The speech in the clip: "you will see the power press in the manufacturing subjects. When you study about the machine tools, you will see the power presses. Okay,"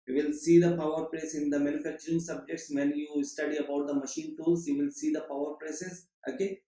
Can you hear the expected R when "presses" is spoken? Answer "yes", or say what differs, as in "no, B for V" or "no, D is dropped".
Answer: no, L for R